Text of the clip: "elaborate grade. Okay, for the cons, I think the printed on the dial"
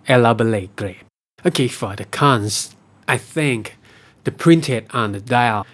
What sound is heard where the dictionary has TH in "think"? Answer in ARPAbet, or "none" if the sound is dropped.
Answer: TH